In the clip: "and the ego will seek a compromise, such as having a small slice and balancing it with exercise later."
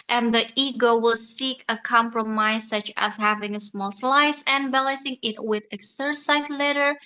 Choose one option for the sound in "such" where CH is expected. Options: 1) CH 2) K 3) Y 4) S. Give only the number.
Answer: 1